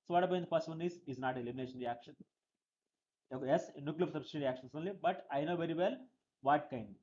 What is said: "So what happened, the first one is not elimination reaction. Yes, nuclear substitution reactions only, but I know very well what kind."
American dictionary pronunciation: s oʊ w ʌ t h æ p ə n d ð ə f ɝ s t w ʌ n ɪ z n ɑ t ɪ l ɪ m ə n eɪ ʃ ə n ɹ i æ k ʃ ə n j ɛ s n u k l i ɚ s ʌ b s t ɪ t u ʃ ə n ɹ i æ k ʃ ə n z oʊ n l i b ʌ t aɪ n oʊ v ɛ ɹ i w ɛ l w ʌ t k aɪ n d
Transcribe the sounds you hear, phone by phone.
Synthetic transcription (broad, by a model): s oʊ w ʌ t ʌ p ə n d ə p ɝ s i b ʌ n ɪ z n ɑ t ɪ l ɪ m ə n eɪ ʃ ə n ɹ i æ k ʃ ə n j ɛ s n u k l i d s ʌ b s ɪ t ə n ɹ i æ k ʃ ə n s oʊ n l i b ʌ t aɪ n oʊ v ɛ ɹ i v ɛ l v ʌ t k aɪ n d